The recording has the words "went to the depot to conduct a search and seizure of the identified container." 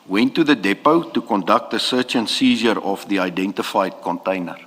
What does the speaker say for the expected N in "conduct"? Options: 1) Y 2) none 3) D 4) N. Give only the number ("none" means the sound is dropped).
4